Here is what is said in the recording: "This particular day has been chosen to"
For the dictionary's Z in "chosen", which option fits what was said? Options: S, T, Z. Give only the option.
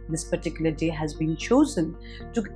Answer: Z